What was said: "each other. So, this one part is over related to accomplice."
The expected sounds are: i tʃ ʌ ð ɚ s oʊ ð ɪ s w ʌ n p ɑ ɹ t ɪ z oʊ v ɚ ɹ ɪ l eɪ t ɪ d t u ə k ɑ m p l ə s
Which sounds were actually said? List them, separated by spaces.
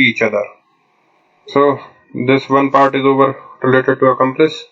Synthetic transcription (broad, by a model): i tʃ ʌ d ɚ s oʊ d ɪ s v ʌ n p ɑ ɹ t ɪ z oʊ v ɚ ɹ ɪ l eɪ t ɪ d t u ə k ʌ m p l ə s